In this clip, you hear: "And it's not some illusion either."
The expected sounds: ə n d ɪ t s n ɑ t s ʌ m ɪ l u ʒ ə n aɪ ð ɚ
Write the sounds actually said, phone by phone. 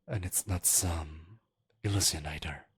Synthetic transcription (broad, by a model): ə n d ɪ t s n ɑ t s ʌ m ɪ l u s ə n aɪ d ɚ